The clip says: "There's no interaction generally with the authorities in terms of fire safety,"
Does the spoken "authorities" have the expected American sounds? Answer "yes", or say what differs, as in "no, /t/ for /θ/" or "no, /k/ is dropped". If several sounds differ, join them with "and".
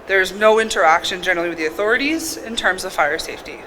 yes